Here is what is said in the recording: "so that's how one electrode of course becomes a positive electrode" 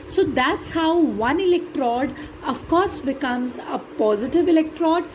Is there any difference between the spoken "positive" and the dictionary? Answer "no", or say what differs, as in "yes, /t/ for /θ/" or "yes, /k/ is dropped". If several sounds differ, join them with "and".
no